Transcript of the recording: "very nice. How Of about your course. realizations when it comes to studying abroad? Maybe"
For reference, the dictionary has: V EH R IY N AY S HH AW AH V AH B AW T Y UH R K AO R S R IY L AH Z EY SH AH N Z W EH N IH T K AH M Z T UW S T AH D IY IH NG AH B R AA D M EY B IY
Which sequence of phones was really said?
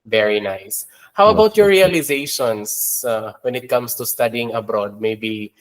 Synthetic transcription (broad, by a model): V EH R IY N AY S HH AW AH W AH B AW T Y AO R R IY L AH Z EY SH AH N S W EH N IH T K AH M S T UW S T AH D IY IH NG AH B R AA D M EY B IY